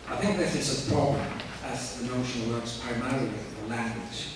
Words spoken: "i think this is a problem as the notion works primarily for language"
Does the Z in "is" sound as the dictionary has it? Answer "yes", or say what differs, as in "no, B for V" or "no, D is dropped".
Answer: no, S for Z